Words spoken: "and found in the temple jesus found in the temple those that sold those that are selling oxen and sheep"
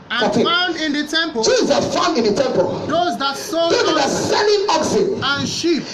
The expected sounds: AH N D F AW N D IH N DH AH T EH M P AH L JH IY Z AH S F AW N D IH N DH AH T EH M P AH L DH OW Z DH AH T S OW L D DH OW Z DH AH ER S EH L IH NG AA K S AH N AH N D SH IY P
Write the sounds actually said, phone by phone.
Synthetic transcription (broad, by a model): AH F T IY AW N D IH N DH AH T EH M P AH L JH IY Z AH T F AW N D IH N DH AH T EH M P AH L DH OW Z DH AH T S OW D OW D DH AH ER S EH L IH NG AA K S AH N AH N SH IY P